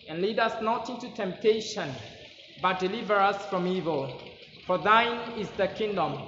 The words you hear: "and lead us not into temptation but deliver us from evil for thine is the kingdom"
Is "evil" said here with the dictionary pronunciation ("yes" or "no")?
yes